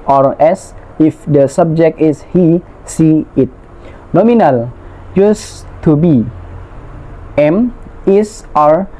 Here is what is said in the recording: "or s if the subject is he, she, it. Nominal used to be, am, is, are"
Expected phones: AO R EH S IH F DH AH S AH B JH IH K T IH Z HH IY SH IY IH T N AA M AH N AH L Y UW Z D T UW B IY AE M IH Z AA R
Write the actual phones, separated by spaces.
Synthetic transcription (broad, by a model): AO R EH S IH F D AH S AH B JH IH K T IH S HH IY S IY IH T N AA M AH N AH L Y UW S T UW B IY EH M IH S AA R